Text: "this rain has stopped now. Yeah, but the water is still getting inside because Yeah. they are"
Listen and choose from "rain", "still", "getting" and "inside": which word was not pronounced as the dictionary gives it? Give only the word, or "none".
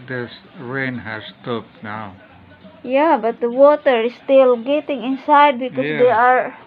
none